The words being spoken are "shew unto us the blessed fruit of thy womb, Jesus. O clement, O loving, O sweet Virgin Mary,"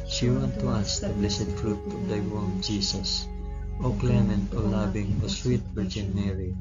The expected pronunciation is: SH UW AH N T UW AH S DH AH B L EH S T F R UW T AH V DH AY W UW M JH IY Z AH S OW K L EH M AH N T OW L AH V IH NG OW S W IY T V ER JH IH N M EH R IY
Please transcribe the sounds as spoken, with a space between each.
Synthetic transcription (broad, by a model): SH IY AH N T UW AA S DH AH B L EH S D F R UW T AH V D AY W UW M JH IY S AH S OW K L EH M AH N T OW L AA B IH NG OW S W IY T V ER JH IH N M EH R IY